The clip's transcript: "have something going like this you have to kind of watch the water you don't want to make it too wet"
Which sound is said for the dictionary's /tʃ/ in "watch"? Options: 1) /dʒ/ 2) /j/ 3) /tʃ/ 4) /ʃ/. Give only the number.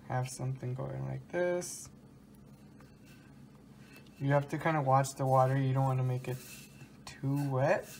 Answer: 3